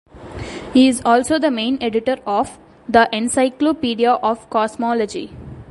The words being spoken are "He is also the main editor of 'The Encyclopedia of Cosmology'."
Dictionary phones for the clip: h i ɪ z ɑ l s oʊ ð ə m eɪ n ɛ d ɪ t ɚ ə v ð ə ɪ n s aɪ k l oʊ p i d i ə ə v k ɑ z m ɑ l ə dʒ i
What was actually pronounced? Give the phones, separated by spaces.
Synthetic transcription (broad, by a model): h i ɪ z ɑ l s oʊ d ə m eɪ n ɛ d ɪ t ɚ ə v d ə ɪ n s aɪ k l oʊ p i d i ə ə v k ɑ s m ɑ l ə dʒ i